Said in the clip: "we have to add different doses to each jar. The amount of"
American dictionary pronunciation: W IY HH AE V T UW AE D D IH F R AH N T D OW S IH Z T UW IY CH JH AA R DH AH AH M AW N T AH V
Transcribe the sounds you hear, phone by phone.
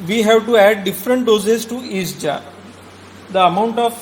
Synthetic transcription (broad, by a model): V IY HH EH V T UW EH D D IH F R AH N T D OW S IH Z T UW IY S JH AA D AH AH M AW N T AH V